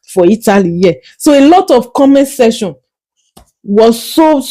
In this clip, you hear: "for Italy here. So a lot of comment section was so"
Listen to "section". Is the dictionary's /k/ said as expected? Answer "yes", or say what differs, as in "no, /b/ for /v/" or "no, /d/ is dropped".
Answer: no, /k/ is dropped